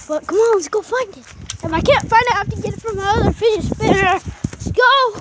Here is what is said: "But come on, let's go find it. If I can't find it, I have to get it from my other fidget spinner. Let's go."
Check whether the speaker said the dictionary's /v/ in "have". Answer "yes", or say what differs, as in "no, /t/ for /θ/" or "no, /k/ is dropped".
no, /f/ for /v/